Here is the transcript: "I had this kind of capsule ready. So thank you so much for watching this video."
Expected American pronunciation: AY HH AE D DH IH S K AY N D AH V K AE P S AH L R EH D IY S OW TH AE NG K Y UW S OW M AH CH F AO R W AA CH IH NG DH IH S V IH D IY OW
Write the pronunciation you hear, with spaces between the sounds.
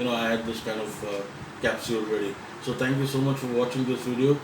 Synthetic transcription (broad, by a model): AY HH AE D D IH S K AY N D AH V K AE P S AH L R EH D IY S OW T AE NG K Y UW S OW M AH CH F AO R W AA CH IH NG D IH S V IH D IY OW